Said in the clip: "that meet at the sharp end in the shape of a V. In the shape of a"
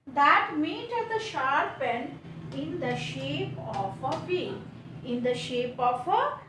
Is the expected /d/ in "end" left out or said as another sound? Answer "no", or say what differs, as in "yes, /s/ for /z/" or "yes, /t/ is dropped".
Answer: yes, /d/ is dropped